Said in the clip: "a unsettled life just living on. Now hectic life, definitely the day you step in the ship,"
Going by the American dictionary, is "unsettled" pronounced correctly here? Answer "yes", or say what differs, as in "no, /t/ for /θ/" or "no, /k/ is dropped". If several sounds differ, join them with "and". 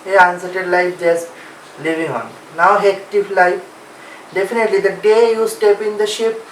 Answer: no, /l/ is dropped